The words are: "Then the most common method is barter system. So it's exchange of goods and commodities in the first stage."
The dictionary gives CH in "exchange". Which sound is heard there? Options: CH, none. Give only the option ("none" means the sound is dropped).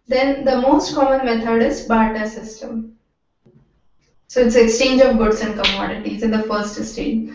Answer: CH